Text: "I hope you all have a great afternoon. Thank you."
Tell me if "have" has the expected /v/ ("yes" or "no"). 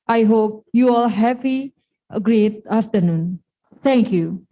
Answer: no